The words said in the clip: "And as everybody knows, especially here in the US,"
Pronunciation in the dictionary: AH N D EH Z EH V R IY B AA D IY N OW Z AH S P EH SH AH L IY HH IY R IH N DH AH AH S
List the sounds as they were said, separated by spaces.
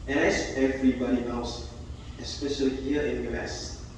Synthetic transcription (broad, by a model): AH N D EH S EH V R IY B AA D IY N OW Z AH S P EH SH AH L IY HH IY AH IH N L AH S